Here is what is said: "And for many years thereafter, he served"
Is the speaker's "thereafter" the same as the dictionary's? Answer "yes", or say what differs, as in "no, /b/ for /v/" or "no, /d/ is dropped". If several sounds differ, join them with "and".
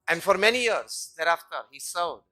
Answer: yes